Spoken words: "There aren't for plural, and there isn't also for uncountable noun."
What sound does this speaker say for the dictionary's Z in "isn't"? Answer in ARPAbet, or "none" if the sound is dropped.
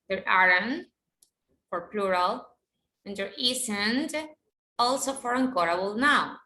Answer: S